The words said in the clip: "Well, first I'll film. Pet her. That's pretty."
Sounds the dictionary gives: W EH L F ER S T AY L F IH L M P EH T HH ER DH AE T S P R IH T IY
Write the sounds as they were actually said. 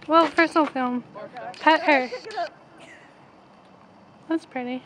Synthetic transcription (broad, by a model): W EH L P ER S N L F IH L M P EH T HH ER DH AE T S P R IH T IY